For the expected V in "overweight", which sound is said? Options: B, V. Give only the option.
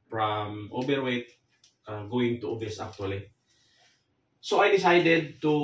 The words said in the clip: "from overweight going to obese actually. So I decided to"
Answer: B